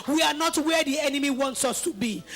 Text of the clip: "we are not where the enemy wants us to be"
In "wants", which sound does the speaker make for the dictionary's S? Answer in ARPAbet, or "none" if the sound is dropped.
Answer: S